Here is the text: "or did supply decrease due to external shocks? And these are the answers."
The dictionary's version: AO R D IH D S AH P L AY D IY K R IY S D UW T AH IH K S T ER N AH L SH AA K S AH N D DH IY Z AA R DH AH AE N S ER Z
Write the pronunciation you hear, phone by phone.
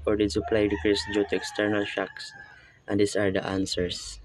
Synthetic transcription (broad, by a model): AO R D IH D S AH P L AY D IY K R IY S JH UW T AH IH K S T ER N AH L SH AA K S AH N D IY S AA R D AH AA N S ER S